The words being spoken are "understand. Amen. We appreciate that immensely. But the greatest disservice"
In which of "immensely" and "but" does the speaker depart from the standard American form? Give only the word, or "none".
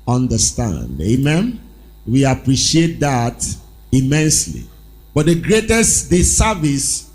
none